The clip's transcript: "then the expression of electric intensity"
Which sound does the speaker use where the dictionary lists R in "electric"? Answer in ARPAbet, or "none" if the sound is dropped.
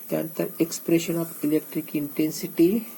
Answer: R